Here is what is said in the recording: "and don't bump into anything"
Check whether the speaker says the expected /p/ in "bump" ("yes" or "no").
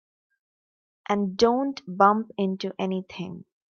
yes